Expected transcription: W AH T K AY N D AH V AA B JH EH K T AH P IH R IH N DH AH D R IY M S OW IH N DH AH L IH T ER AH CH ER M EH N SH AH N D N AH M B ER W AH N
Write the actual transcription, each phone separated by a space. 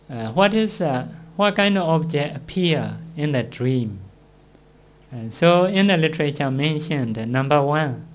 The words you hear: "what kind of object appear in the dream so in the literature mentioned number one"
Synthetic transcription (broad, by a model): W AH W K AY N D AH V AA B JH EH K AH P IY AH IH N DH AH D R IY M S OW IH N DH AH L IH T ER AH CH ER M EH N SH AH N D N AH M B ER W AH N